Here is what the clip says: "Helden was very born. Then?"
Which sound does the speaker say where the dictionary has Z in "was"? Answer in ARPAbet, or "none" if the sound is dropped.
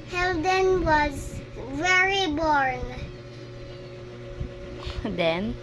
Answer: Z